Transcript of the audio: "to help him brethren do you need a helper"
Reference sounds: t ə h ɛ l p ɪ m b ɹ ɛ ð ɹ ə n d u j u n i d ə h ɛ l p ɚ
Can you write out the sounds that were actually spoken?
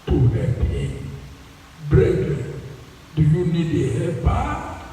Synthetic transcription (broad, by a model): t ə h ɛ p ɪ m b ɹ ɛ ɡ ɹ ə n d u j u n i d ə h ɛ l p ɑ